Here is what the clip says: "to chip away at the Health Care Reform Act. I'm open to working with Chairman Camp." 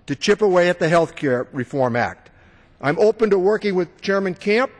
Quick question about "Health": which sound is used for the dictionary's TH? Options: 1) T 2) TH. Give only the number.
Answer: 2